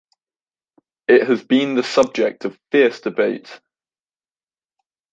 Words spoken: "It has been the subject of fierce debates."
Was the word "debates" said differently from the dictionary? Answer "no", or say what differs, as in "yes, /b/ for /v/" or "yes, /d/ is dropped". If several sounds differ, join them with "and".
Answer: yes, /s/ is dropped